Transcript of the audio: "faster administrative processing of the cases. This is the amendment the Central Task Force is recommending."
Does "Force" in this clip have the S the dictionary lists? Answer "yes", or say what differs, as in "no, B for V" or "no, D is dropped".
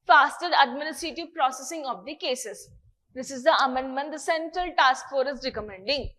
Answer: no, S is dropped